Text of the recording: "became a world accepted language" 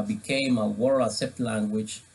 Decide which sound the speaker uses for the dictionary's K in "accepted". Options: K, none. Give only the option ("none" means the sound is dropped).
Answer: none